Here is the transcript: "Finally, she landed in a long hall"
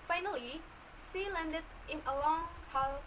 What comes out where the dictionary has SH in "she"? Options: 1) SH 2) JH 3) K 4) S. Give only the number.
4